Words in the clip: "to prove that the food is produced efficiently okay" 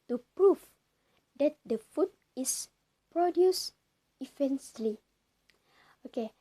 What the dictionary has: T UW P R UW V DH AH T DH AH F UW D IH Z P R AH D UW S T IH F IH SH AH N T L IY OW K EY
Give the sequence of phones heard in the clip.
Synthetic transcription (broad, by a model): T UW P R UW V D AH T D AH F UW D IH S P R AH D UW S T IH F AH N S L IY OW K EY